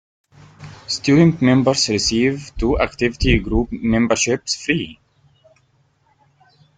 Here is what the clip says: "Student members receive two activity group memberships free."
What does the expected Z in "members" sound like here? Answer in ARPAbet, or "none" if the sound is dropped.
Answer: S